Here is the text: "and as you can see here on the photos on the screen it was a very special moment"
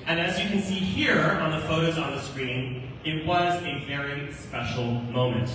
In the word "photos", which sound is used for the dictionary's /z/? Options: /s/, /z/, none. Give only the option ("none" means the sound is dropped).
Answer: /z/